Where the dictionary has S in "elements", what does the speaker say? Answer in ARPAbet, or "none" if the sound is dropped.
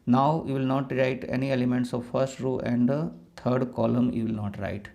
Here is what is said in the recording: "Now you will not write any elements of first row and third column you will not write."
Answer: S